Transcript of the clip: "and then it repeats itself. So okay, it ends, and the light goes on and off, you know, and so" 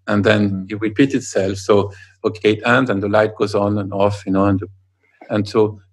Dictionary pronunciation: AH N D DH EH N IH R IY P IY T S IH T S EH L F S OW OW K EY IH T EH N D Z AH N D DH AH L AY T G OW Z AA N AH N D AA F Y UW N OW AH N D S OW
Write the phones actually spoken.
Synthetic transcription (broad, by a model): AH N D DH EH N IH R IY P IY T IH T S EH L F S OW OW K EY IH T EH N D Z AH N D DH AH L AY T G OW Z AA N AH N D AA F Y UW N OW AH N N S OW